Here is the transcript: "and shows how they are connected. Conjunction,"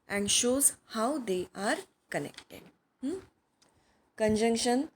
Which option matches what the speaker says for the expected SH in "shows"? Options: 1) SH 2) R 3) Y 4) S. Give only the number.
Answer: 1